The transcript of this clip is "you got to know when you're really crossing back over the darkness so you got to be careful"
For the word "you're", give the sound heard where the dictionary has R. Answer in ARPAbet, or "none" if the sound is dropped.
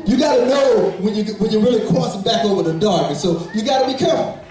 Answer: W